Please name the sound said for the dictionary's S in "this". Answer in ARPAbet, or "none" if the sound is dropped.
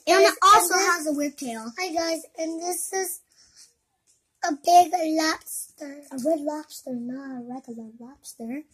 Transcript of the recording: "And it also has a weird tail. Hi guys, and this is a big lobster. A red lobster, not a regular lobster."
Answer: S